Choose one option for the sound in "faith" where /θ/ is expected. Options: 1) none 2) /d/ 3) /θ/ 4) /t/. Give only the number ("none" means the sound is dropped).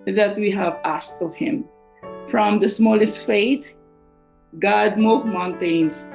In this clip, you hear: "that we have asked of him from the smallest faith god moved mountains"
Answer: 4